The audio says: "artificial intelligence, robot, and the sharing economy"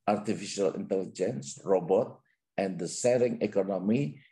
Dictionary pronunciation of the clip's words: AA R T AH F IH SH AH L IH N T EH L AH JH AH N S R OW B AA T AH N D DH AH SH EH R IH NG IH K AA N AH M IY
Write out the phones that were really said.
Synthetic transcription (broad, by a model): AA R T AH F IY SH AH L IH N T EH L AH JH AH N S R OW B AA T AH N D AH S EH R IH NG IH K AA N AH M IY